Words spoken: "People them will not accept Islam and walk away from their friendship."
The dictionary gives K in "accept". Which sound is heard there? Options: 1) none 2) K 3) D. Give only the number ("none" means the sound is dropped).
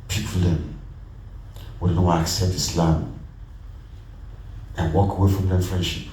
2